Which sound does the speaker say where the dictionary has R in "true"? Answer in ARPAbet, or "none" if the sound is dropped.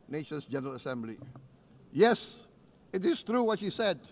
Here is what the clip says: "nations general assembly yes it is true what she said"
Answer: R